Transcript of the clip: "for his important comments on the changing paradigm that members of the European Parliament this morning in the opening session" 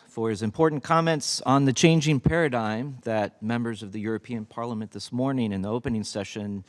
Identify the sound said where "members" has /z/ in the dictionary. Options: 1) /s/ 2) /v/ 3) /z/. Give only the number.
3